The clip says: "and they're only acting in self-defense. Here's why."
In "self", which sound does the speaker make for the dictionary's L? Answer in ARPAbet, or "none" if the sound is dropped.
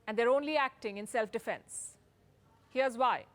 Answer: L